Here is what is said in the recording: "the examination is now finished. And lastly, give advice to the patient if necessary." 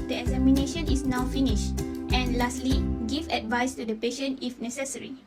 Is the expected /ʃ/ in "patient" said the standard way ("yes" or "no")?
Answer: yes